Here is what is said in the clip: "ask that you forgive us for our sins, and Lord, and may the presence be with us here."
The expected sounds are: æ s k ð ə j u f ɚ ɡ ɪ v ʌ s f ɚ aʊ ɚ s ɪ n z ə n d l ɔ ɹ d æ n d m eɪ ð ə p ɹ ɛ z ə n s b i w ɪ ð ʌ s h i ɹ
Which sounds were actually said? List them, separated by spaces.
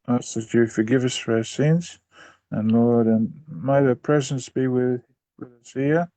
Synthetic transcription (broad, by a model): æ s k ð ə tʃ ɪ f ɚ ɡ ɪ v ʌ s f ɚ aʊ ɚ s ɪ n z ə n l ɔ ɹ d d m eɪ ð ə p ɹ ɛ z ə n s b i w ɪ ð ʌ s h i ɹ